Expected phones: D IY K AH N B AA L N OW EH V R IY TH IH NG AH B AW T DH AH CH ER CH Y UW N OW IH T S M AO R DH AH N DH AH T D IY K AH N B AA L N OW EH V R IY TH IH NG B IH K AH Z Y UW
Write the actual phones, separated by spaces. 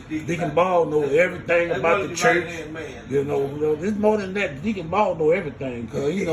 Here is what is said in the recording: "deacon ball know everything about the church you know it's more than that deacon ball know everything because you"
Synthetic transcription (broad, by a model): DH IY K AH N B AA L N OW EH V R IY TH IH NG AH B AW T DH AH CH ER CH Y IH N OW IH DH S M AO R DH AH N DH AH T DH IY K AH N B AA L N OW EH V R IY TH IH NG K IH AH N